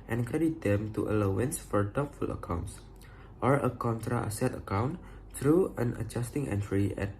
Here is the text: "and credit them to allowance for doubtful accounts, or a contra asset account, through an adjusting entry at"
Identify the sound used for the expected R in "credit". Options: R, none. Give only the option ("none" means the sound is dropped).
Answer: none